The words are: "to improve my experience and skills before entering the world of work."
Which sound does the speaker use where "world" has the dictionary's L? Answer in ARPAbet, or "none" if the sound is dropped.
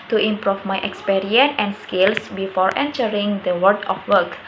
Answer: none